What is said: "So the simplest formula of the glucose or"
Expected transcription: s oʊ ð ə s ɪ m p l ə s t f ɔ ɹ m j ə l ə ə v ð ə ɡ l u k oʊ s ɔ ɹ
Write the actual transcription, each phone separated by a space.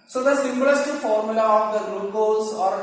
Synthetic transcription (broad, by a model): s oʊ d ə s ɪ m b l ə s t f ɔ ɹ m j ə l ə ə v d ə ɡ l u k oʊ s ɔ ɹ